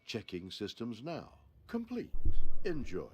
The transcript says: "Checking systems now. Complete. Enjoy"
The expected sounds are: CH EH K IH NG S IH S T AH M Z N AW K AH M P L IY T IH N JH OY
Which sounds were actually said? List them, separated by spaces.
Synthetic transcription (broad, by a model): CH EH K IH NG S IH S T AH M Z N AW K AH M P L IY T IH N JH OY